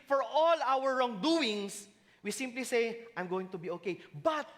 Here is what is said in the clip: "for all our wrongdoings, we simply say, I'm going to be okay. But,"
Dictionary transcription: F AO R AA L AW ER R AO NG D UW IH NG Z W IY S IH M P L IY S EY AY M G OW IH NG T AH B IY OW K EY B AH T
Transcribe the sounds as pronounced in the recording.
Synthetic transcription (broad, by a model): F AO R AA L AW ER R AO NG D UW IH NG S W IY S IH M P L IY S EY AY M G OW IH NG T AH B IY OW K EY B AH T